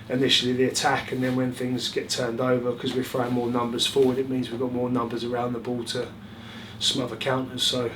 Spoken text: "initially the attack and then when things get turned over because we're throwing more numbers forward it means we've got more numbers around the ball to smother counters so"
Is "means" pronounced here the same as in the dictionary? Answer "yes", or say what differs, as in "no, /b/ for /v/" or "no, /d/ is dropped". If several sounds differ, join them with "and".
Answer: yes